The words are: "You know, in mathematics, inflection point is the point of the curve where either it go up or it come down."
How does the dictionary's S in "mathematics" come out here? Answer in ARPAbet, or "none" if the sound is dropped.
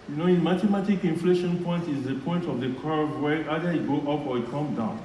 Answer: none